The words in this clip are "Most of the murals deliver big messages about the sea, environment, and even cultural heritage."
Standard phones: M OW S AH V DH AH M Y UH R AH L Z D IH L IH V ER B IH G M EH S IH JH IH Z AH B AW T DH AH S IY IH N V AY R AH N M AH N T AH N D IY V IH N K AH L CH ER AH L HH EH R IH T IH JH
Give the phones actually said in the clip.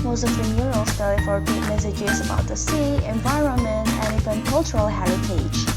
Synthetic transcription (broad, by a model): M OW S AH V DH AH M Y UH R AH L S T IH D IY F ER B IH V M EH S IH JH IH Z AH B AW T DH AH S IY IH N V AY R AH N M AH N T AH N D IY V IH N K AH L CH ER AH L HH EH R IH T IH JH